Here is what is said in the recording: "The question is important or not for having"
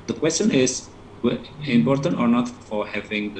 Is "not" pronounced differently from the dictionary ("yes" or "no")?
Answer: no